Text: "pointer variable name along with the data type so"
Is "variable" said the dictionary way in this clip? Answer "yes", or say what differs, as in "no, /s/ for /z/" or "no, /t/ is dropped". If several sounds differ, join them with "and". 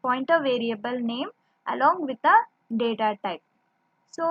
yes